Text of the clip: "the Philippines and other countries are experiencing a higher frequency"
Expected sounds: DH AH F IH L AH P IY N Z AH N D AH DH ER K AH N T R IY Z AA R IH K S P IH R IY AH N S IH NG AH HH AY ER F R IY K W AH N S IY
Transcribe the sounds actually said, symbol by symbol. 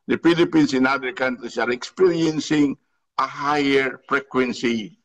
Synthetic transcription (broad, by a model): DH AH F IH L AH P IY N S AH N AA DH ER K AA N T R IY S AA R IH K S P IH R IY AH N S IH NG AH HH AY ER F R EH K W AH N S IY